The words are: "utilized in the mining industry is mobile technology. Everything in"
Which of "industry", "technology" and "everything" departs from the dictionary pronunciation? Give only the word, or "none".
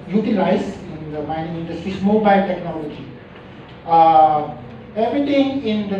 everything